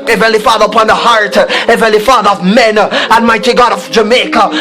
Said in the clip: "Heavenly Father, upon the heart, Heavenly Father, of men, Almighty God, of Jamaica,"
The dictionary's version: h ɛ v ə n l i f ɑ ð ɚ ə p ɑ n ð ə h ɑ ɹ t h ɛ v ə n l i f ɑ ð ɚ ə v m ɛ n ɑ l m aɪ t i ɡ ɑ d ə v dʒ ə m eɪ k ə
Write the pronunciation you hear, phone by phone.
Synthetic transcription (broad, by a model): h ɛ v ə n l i f ɑ ð ɚ ə p ɑ n ð ə h ɑ ɹ t h ɛ v ə n l i f ɑ ð ɚ ə v m ɛ n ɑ n m aɪ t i ɡ ɑ d ə v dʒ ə m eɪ k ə